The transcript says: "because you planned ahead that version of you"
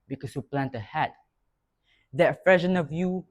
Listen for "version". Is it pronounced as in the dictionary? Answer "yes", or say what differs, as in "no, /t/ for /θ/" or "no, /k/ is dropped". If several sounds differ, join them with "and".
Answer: no, /f/ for /v/